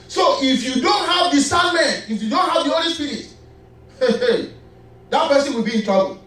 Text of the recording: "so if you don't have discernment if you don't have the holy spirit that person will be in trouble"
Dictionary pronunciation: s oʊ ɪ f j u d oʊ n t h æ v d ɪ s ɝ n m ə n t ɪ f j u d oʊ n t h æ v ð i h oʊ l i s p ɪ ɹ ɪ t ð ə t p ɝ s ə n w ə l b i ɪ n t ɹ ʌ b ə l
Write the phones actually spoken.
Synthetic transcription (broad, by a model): s oʊ ɪ f j u d oʊ n t h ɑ v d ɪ s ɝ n m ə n ɪ f j u d oʊ n t h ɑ v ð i oʊ l i s p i ɹ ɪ t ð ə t p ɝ s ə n w ə l b i ɪ n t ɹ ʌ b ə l